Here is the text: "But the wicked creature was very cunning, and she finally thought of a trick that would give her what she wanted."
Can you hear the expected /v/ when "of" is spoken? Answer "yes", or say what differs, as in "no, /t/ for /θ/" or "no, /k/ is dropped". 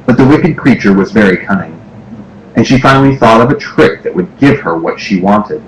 yes